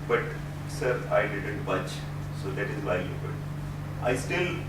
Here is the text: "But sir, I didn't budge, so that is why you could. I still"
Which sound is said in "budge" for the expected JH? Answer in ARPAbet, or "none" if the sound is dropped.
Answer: CH